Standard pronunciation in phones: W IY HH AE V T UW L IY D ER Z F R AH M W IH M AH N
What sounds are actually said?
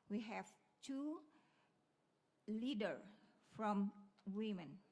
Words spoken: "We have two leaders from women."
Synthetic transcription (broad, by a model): W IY HH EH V T UW L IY D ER F R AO M W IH M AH N